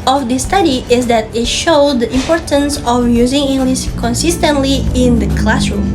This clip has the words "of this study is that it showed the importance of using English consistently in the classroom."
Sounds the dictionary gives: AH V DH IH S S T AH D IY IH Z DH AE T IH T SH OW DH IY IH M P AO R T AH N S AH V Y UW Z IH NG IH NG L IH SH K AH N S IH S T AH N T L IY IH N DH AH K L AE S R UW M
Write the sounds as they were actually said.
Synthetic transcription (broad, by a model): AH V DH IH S S T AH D IY IH Z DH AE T IH T SH OW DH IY IH M P AO R T AH N S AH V Y UW Z IH NG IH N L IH S K AH N S IH S T AH N T L IY IH N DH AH K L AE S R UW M